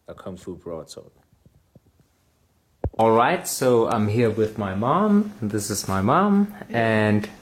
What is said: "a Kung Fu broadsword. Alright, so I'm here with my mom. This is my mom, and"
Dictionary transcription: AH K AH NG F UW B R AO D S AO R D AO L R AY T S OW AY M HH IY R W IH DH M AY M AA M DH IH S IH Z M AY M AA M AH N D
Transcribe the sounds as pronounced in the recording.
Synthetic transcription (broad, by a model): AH K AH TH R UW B R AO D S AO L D AO L R AY T S OW AY M HH IY R W IH DH M AY M AA M DH IH S IH Z M AY M AA M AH N